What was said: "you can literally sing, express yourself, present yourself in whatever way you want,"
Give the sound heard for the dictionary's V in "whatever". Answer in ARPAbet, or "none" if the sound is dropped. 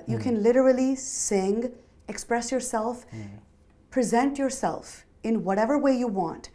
V